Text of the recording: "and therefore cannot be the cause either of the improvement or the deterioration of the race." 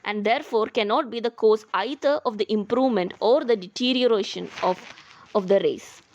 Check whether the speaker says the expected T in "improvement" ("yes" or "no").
yes